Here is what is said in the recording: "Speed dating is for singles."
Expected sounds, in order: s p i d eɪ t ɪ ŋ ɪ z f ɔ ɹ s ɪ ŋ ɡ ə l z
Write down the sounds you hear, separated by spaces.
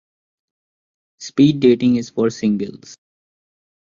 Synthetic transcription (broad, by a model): s p i d eɪ t ɪ ŋ ɪ z f ɔ ɹ s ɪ ŋ ɡ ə l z